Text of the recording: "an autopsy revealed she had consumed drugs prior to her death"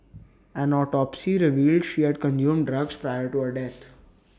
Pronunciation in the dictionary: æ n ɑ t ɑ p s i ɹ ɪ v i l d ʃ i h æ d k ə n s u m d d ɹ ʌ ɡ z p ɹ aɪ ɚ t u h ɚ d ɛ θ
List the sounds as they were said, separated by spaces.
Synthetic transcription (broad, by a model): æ n ɑ t ɑ p s i ɹ ɪ v i l d ʃ i h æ d k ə n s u m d d ɹ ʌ ɡ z p ɹ aɪ ɚ t u h ɚ d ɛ t